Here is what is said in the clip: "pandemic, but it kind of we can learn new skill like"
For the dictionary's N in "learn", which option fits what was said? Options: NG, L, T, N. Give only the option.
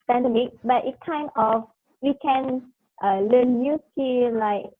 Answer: L